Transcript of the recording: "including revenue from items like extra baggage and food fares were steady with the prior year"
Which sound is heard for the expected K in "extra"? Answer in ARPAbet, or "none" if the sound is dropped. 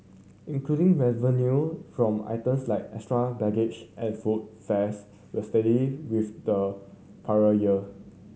none